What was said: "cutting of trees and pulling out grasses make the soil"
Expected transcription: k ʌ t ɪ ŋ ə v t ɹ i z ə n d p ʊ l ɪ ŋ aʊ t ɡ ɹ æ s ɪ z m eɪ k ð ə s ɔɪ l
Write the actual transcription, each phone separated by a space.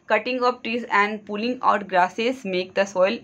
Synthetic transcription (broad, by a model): k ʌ t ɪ ŋ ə p t ɹ i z ə n d p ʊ l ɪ ŋ aʊ t ɡ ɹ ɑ s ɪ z m eɪ k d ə s ɔɪ l